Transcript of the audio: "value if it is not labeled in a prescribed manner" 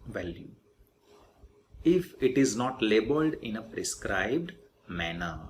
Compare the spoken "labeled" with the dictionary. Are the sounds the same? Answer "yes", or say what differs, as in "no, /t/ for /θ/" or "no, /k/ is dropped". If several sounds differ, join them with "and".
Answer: yes